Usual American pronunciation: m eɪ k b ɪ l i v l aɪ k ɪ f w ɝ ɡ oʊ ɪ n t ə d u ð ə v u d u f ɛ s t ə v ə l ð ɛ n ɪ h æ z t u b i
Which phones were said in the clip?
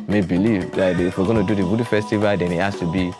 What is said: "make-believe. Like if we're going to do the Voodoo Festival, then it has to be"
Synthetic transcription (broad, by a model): m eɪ b ɪ l i v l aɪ ɪ f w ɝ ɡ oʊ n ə d u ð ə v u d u f ɛ s t ə v ə l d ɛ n ɪ h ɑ s t u b i